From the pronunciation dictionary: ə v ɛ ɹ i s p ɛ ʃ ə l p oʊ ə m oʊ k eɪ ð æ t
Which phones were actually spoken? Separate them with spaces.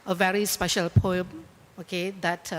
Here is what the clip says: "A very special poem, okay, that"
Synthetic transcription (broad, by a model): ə v ɛ ɹ i s p ɛ ʃ ə l p oʊ ə m oʊ k eɪ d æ t